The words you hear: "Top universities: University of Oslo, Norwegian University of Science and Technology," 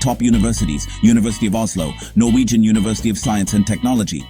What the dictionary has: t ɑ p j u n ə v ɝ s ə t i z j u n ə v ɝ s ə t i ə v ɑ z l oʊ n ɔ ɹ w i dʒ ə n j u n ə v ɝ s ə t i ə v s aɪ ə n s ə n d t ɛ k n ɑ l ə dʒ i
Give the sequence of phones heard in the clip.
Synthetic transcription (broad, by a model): t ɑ p j u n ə v ɝ s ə t i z j u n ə v ɝ s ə t i ə v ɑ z l oʊ n ɔ ɹ w i dʒ ə n j u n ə v ɝ s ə t i ə v s aɪ ə n s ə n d t ɛ k n ɑ l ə dʒ i